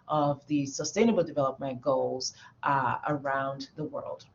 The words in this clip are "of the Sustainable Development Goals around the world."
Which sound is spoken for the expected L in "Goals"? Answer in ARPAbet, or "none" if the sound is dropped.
L